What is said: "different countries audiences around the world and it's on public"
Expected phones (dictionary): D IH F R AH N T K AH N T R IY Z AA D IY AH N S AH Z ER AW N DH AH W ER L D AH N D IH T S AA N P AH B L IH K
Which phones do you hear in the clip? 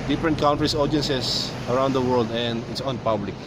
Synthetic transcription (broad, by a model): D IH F R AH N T K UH N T R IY S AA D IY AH N S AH S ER AW N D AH W ER L D AH N D IH T S AA N P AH B L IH K